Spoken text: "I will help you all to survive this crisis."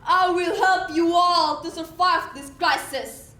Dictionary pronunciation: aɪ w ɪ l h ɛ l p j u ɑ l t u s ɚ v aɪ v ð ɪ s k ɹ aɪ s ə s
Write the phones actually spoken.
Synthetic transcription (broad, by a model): aɪ w ɪ l h ɛ l p j u ɑ l t u s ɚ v aɪ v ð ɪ s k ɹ aɪ s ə s